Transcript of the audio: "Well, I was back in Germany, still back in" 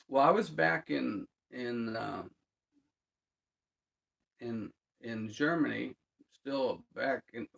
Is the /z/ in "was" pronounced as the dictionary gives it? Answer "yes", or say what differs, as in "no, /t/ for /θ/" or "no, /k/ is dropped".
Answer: yes